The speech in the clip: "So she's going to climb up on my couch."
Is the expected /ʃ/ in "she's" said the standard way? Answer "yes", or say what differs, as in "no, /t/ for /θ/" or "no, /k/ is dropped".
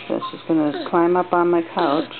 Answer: no, /s/ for /ʃ/